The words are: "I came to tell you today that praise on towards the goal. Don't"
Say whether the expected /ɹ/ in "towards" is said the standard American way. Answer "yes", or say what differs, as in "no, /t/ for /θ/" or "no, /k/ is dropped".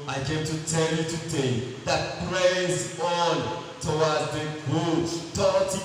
no, /w/ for /ɹ/